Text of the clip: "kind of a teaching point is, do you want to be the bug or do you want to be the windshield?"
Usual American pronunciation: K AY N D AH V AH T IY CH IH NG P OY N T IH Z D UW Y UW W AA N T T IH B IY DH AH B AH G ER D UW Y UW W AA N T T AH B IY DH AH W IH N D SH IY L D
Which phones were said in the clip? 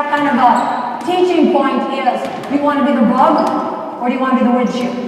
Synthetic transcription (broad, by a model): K AY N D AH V AH T IY CH IH NG P OY N T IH S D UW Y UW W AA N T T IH B IY DH AH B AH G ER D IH Y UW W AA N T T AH B IY DH AH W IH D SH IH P